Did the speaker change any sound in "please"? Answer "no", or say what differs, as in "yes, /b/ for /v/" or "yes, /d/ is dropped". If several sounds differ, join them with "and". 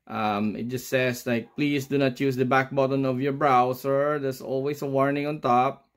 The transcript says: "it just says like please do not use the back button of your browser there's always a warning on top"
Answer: yes, /s/ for /z/